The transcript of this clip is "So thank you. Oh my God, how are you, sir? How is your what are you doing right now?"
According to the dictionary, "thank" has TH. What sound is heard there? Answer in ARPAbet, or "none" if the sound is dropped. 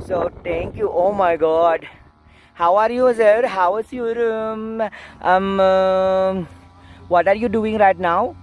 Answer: T